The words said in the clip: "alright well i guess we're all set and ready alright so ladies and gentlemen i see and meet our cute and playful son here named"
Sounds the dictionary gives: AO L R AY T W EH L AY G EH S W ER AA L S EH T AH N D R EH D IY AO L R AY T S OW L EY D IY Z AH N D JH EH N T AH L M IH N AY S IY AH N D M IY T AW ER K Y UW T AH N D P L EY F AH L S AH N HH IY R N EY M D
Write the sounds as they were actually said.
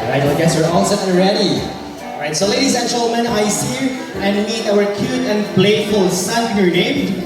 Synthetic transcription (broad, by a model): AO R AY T AY G EH S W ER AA N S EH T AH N R EH D IY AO R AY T S OW L EY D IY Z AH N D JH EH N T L M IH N AY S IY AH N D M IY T AW ER K Y UW T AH N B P L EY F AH L S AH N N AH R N EY M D